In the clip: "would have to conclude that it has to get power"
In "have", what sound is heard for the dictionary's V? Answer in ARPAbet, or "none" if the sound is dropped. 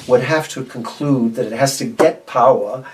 F